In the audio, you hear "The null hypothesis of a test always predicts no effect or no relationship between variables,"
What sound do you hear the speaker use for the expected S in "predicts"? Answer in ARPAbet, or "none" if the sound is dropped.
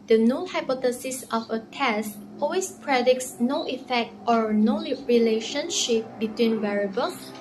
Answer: S